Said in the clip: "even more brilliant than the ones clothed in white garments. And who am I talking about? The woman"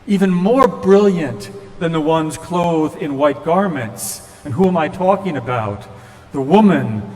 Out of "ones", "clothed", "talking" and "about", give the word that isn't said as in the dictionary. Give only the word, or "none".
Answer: clothed